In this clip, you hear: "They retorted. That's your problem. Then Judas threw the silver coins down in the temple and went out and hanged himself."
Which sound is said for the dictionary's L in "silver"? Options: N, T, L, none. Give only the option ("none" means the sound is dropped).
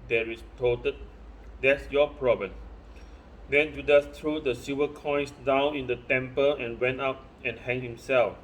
none